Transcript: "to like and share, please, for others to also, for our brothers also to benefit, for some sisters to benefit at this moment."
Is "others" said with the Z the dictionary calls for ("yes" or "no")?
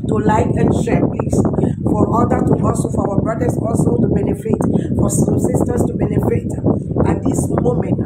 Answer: no